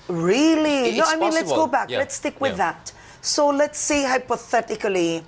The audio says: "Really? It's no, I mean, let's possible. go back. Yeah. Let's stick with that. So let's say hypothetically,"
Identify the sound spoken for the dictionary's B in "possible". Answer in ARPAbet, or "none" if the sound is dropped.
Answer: none